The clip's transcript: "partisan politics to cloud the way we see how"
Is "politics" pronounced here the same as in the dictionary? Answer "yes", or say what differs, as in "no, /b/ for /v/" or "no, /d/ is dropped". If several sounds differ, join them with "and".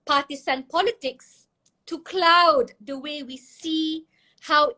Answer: yes